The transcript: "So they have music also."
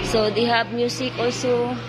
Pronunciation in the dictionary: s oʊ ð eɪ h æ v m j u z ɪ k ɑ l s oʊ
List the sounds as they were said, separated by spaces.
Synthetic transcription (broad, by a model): s oʊ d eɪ h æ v m j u s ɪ k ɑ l s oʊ